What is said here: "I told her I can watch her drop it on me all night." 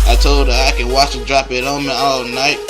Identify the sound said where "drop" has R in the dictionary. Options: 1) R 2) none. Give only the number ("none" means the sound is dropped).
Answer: 1